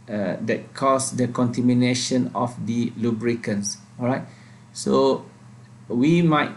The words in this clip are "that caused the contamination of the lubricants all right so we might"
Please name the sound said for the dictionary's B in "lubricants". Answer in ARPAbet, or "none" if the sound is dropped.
B